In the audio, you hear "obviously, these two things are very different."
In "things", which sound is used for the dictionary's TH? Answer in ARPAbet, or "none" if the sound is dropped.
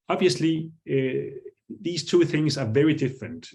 TH